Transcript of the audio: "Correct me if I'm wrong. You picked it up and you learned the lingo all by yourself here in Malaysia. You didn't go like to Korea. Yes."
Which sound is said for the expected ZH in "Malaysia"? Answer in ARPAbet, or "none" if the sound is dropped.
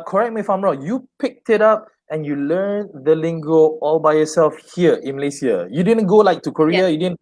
S